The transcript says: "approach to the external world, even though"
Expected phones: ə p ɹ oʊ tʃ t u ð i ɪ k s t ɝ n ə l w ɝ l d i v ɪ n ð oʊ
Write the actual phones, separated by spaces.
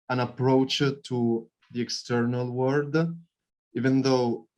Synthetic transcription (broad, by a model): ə p ɹ oʊ tʃ t u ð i ɪ k s t ɝ n ə l w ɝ d i v ɪ n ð oʊ